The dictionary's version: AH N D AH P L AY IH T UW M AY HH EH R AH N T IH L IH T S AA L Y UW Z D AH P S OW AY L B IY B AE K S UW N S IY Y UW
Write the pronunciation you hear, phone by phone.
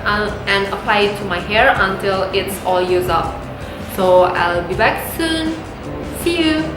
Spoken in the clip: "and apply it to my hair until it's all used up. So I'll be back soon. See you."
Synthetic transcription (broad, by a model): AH N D AH P L AY IH T UW M AY HH EH R AH N T IH L IH T S AA L Y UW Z AH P S OW AY L B IY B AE K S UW N S IY Y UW